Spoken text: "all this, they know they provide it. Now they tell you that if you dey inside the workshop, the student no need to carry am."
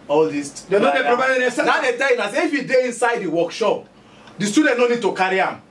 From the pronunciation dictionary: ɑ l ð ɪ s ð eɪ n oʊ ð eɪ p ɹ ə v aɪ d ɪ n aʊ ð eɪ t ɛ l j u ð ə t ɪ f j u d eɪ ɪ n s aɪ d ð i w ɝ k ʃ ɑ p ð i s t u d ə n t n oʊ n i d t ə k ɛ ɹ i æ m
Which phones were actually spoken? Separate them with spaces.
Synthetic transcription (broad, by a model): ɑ l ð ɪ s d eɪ n oʊ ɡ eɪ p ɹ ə p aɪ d ɪ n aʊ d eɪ t ɛ l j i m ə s ɪ f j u d eɪ ɪ n s aɪ d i w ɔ k ʃ ɑ p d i s t u d ə n t n oʊ n i d t ə k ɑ ɹ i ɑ m